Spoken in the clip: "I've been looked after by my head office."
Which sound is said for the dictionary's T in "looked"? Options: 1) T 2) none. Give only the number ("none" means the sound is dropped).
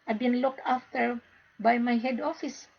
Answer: 1